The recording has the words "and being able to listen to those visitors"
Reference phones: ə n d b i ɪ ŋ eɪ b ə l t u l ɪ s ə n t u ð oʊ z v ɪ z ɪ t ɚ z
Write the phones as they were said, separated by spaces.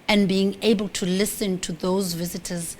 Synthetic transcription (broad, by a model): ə n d b i ɪ ŋ eɪ b ə l t u l ɪ s ə n t u ð oʊ z v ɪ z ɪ t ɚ z